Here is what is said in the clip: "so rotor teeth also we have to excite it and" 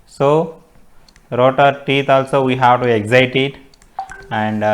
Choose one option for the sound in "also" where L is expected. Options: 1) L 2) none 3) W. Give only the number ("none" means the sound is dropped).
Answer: 1